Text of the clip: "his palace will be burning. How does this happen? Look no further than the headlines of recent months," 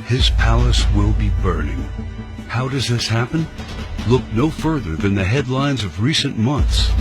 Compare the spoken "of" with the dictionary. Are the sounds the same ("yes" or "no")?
yes